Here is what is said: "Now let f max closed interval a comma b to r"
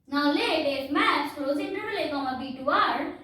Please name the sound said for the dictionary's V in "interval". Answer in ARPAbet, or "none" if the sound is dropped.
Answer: none